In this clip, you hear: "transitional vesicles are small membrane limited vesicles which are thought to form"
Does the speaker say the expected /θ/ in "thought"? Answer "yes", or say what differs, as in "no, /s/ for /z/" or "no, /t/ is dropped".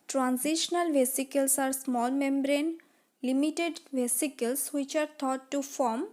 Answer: no, /t/ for /θ/